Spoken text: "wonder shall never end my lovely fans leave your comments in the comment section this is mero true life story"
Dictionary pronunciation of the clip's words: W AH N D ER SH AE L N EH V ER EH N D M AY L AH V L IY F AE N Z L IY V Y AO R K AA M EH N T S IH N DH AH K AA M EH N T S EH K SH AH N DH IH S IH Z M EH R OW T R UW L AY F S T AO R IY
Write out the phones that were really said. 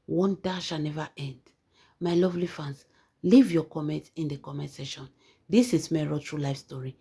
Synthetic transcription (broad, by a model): W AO N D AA SH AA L N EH V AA EH N D M AY L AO V L IY F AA N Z L IY V Y AO K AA M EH N T IH N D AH K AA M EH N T S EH SH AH N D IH S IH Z M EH R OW T R UW L AY F S T AO R IY